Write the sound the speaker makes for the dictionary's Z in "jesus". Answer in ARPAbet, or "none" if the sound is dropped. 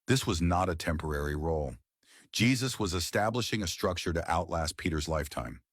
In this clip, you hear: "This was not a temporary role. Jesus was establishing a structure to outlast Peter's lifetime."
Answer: Z